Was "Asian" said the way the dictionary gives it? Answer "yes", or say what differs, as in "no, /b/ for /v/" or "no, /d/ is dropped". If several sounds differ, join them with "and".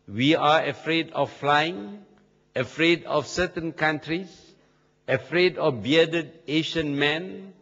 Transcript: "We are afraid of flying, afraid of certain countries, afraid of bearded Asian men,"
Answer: no, /ʃ/ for /ʒ/